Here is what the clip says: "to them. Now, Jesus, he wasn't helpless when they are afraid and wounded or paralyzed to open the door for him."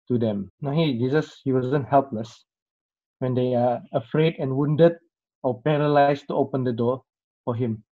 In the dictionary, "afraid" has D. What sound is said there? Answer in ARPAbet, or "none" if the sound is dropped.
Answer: D